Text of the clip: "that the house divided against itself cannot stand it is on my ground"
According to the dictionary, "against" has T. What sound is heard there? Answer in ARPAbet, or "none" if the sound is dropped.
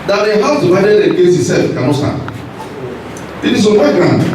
none